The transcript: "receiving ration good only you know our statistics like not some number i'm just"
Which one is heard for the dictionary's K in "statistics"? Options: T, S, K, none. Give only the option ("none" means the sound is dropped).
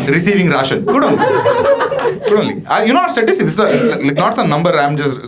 none